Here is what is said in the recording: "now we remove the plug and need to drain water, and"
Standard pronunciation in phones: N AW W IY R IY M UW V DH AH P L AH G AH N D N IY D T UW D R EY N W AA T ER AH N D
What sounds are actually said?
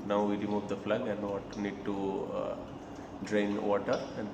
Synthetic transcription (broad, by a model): N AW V IY R IY M UW V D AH F L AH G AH N D N IY D T UW D R EY N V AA T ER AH N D